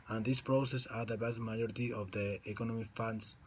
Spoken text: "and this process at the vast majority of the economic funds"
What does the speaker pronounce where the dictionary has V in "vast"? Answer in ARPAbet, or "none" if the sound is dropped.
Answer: B